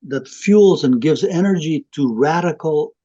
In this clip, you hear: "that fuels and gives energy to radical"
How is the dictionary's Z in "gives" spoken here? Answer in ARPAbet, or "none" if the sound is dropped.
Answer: Z